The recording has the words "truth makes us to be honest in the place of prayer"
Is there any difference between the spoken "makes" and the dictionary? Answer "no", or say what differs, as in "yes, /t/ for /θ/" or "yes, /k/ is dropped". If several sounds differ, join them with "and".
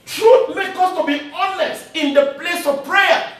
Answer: yes, /s/ is dropped